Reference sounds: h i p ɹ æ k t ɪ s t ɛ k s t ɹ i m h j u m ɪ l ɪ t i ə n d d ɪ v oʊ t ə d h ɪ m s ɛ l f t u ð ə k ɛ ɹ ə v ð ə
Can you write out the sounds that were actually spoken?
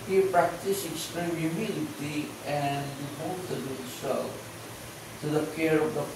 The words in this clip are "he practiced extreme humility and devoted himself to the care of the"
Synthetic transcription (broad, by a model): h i p ɹ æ k t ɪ s ɛ k s t ɹ i m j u m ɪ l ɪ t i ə n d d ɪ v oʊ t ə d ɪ s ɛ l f t u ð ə k ɛ ɹ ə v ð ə